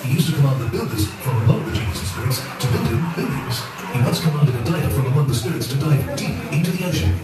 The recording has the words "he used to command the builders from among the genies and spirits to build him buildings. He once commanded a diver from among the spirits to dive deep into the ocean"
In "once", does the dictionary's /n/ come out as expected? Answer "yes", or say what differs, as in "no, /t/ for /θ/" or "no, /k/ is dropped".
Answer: no, /n/ is dropped